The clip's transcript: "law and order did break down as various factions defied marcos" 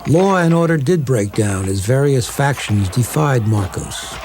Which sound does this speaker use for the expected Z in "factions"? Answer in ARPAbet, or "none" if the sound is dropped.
Z